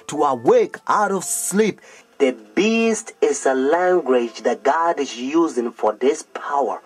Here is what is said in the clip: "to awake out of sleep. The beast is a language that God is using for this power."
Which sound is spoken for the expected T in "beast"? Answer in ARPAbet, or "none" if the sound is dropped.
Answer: T